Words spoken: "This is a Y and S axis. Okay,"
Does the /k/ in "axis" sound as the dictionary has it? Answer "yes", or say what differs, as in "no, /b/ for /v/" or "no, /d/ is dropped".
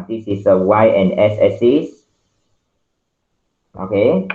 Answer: no, /k/ is dropped